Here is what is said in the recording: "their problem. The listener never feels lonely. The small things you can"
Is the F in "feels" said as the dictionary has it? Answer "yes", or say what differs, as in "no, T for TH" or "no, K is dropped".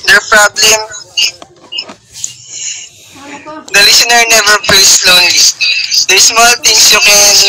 no, P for F